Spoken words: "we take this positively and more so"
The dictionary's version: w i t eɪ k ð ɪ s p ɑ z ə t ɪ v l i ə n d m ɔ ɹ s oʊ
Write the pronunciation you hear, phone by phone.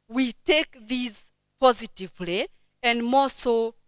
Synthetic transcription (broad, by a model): w i t eɪ k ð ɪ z p ɑ z ə t ɪ v l i ə n d m ɔ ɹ s oʊ